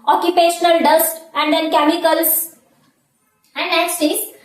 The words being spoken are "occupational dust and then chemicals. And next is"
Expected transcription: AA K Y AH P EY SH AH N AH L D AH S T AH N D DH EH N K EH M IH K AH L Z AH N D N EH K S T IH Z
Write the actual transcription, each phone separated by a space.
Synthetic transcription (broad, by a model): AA K Y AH P EY SH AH N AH L D AH S T AH N D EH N K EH M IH K AH L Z AH N D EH S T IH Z